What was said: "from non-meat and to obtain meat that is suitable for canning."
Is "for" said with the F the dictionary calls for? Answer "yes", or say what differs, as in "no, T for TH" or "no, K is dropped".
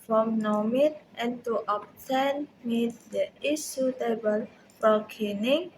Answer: no, P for F